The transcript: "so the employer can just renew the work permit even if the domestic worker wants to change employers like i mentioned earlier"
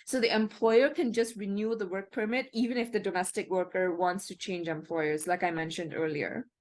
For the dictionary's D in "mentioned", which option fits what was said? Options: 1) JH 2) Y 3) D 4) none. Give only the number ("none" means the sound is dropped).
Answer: 3